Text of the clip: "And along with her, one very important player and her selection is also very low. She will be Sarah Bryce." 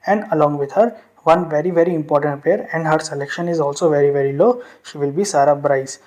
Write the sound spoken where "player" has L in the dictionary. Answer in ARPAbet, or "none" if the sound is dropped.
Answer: none